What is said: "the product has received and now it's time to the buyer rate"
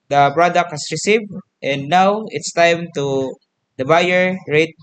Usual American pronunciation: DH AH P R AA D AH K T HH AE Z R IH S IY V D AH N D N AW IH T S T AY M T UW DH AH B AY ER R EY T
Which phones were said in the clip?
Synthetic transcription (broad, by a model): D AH P R AA D AH K T HH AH S R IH S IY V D AH N D N AW IH T S T AY M T UW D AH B AY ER R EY T